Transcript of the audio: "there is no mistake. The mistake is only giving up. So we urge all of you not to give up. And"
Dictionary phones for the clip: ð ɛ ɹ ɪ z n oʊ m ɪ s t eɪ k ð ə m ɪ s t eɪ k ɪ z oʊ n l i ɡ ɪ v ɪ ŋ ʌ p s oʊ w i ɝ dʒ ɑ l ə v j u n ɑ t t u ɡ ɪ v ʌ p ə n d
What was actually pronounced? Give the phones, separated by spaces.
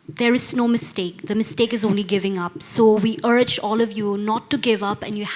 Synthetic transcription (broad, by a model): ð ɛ ɹ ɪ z n oʊ m ɪ s t eɪ k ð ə m ɪ s t eɪ k ɪ z oʊ n l i ɡ ɪ v ɪ ŋ ʌ p s oʊ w i ɝ dʒ ɑ l ə v j u n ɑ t t u ɡ ɪ v ʌ p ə n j